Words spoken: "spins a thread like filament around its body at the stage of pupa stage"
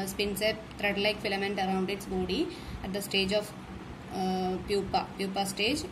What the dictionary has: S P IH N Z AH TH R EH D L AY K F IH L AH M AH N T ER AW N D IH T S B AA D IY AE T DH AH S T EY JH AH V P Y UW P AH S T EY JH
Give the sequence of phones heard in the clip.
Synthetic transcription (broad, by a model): S P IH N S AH T R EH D L AY K F IH L AH M AH N T ER AW N D IH T S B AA D IY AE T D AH S T EY JH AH P P Y UW P AH S T EY JH